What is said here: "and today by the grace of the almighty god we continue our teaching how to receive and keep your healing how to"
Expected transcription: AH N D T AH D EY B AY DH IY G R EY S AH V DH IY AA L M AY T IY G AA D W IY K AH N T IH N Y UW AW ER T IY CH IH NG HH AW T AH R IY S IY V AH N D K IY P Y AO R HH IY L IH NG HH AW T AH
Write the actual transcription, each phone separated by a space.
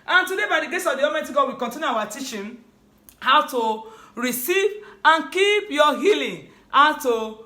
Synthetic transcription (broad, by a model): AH N T AH D EY B AY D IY G EY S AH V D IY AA M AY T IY G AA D W IY K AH N T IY N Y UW AW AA T IY CH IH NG HH AW T AH R IY S IY V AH N K IY P Y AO HH IY L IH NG HH AW T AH